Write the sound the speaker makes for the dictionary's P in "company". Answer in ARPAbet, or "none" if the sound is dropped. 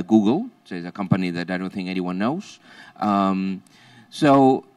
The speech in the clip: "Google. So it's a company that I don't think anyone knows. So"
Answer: P